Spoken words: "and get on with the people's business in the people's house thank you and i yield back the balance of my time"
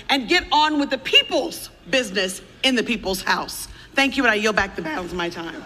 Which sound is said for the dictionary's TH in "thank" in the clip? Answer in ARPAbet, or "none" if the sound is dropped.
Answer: TH